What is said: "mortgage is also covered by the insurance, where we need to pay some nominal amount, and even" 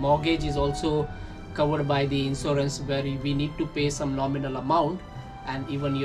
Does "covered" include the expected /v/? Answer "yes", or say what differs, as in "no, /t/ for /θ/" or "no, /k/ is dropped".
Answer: yes